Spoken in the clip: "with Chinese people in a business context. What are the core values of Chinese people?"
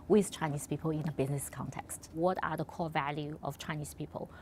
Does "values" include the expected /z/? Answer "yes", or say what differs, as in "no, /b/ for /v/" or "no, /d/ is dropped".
no, /z/ is dropped